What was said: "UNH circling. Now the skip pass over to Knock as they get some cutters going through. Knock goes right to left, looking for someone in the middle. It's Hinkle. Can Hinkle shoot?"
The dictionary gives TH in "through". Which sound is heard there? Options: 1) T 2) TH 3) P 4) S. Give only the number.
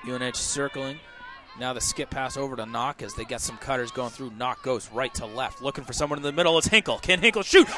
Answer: 2